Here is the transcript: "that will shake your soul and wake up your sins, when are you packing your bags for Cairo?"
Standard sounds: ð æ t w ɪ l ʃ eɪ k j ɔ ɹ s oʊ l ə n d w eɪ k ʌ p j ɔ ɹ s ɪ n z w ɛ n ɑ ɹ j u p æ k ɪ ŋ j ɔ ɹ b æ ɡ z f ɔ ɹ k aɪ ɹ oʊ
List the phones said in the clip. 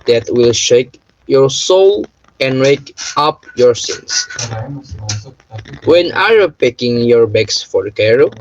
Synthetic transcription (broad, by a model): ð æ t w ɪ l ʃ eɪ k j ɔ ɹ s oʊ l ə n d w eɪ k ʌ p j ɔ ɹ s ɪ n s w ɛ n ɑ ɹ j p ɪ k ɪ ŋ j ɔ ɹ b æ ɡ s f ɔ ɹ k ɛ ɹ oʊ